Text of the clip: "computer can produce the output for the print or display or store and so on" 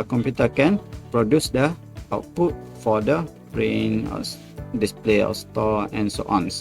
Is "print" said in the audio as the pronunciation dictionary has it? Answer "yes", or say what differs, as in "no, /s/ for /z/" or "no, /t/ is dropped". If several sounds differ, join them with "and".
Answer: no, /t/ is dropped